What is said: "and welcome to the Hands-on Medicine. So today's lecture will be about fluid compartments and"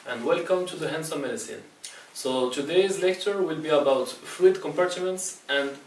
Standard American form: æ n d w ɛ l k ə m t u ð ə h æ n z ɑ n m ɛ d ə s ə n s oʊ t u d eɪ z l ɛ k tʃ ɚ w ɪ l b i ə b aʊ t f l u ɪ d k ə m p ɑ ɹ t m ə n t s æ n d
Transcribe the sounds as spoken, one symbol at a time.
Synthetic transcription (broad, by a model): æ n d w ɛ l k ə m t u ð ə h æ n s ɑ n m ɛ d ə s ə n s oʊ t u d eɪ z l ɛ k tʃ ɚ w ɪ l b i ə b aʊ t f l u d k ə m p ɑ ɹ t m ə n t s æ n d